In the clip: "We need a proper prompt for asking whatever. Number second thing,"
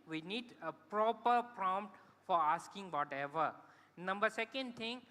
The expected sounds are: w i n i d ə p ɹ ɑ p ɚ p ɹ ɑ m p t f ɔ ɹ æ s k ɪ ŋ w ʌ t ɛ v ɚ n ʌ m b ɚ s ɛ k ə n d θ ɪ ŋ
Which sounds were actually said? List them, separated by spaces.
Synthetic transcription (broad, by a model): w i n i d ə p ɹ ɑ p ɚ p ɹ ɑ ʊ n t f ɔ ɹ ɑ s k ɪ ŋ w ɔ t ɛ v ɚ n ʌ m b ɚ s ɛ k ə n d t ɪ ŋ